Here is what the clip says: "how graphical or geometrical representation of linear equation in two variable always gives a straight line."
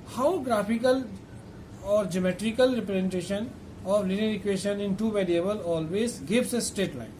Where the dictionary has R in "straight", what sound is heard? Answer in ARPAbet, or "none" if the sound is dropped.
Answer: none